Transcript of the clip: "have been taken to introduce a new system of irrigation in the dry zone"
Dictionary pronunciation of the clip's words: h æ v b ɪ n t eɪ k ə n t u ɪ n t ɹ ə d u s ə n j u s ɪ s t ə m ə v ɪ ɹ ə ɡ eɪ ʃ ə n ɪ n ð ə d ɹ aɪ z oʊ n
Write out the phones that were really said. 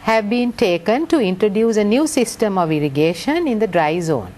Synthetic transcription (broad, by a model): h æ v b ɪ n t eɪ k ə n t u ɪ n t ɹ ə d u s ə n j u s ɪ s t ə m ə v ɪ ɹ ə ɡ eɪ ʃ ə n ɪ n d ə d ɹ aɪ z oʊ n